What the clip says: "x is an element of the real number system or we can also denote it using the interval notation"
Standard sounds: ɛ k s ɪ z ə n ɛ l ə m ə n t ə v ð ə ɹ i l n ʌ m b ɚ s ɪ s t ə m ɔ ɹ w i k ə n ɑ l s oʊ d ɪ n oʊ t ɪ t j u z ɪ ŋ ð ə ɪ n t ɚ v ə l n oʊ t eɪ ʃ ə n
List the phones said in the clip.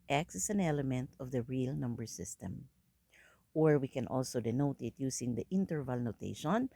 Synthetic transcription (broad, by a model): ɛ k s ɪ s ə n ɛ l ə m ə n t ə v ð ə ɹ i l n ʌ m b ɚ s ɪ s t ə m ɔ ɹ w i k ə n ɑ l s oʊ d ɪ n oʊ t ɪ t j u s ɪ ŋ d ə ɪ n t ɚ v ə l n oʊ t eɪ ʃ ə n